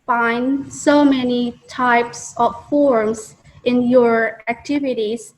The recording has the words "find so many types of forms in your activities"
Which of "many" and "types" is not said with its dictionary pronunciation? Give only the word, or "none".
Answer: none